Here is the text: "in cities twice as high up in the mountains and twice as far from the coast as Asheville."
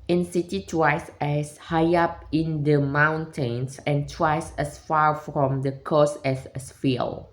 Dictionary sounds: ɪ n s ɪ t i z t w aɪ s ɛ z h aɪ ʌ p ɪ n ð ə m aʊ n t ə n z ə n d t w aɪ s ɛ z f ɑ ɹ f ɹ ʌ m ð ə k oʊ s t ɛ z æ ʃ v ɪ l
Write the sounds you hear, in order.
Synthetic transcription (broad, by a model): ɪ n s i t i t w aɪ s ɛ s h aɪ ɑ p ɪ n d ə m aʊ n t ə n s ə n t w aɪ s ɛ s f ɑ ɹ f ɹ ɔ m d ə k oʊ s ɛ s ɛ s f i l